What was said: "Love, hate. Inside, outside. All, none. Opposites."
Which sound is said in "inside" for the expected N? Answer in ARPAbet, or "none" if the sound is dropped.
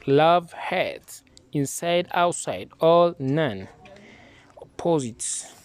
N